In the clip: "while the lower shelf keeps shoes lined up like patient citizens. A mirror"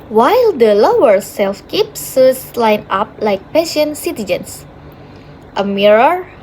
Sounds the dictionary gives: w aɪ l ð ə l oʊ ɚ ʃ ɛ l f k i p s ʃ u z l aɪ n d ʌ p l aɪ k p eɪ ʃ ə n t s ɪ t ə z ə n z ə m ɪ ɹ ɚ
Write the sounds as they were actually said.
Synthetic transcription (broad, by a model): w aɪ l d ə l oʊ ɚ s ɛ l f k i p s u s l aɪ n ɑ p l aɪ k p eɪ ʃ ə n s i t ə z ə n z ə m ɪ ɹ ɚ